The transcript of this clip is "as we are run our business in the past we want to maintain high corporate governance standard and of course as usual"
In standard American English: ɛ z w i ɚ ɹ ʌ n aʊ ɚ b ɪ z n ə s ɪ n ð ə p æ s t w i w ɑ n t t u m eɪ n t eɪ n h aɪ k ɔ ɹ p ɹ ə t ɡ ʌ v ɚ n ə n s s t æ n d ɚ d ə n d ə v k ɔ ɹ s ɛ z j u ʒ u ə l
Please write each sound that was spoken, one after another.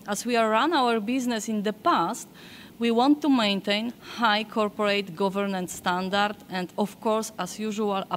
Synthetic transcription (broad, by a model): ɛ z w i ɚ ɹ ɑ n aʊ ɚ b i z n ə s ɪ n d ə p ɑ s t w i w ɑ n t t u m eɪ n t eɪ n h aɪ k ɔ ɹ p ɹ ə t ɡ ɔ v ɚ n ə n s s t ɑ n d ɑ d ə n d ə f k ɔ ɹ s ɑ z j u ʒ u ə l